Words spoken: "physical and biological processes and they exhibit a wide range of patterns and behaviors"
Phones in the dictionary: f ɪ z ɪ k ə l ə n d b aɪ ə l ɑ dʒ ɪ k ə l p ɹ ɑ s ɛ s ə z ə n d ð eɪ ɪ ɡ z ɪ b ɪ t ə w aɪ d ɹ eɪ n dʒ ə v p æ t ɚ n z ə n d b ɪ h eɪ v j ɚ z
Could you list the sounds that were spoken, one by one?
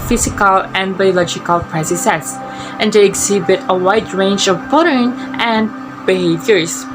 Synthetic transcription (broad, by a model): f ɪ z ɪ k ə l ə n b aɪ ə l ɑ dʒ ɪ k ə l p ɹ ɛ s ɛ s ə s ə n d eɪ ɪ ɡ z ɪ b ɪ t ə w aɪ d ɹ eɪ n dʒ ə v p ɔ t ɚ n ə n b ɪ h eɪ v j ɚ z